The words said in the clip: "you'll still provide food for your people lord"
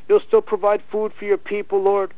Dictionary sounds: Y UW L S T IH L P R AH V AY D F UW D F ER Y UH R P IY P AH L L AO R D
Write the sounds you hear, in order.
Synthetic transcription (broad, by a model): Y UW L S T IH L P R AH V AY D F UW D F ER Y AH R P IY P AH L L AO R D